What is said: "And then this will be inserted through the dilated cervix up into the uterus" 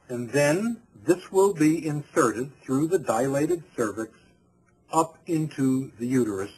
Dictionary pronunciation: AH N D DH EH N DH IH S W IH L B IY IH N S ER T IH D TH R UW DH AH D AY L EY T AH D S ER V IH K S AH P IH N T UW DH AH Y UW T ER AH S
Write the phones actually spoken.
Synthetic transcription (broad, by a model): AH N DH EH N DH IH S W IH L B IY IH N S ER T IH D TH R UW DH AH D AY L EY T AH D S ER V IH K S AH P IH N T UW DH AH Y UW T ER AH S